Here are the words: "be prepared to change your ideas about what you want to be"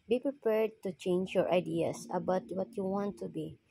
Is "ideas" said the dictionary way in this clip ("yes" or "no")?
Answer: no